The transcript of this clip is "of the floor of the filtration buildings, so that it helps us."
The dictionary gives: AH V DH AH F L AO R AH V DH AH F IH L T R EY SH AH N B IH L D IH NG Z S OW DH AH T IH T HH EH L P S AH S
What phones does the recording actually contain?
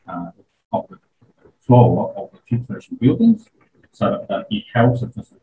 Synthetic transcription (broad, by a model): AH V DH AH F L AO L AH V DH AH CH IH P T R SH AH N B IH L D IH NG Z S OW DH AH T IH T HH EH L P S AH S